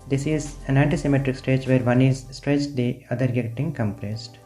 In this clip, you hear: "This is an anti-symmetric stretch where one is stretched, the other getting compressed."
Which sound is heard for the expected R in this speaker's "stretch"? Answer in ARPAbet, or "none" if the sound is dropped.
none